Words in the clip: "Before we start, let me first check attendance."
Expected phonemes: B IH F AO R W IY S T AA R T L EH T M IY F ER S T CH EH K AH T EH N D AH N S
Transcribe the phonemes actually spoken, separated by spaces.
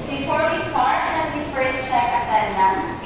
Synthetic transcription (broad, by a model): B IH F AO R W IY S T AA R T N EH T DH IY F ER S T CH EH K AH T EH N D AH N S